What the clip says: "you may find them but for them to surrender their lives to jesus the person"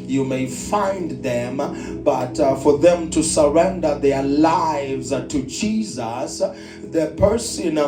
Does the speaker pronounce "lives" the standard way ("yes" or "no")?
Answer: yes